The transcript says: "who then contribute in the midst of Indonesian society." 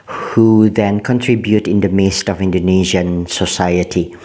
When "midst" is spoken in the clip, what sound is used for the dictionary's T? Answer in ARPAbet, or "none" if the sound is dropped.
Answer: T